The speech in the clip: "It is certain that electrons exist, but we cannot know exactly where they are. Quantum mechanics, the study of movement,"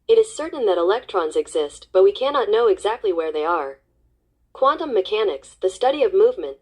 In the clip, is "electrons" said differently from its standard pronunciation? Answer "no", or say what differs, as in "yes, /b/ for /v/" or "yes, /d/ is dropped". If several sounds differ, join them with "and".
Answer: no